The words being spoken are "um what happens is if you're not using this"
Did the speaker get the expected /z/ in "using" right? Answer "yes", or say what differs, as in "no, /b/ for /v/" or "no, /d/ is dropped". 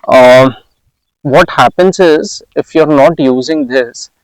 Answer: yes